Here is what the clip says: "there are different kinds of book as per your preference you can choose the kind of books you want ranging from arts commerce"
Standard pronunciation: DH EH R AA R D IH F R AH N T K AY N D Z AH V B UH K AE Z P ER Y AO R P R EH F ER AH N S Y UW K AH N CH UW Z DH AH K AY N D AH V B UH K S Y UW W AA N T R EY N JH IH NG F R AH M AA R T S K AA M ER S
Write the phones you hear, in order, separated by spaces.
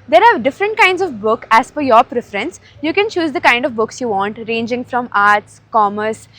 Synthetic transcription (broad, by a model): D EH R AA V D IH F R AH N T K AY N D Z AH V B UH K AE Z F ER Y AO R P R EH F ER AH N S Y UW K AH N CH UW Z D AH K AY N D AH V B UH K S Y UW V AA N T R EY N JH IH NG F R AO M AA R T S K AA M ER S